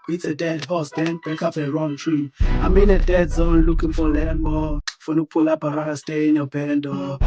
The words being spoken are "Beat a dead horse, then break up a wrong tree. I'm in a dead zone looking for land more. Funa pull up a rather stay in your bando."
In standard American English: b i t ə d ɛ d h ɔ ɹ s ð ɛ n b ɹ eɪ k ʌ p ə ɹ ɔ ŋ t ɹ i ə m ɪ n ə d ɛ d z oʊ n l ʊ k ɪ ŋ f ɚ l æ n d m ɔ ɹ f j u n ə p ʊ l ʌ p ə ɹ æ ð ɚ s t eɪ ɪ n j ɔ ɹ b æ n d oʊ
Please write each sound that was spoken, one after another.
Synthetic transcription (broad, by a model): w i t ə d ɛ d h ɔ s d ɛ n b eɪ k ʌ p ə ɹ ɔ ŋ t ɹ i ə m ɪ n ə d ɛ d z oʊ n l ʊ k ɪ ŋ f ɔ l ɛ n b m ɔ f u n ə p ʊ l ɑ b ə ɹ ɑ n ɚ s t eɪ ɪ n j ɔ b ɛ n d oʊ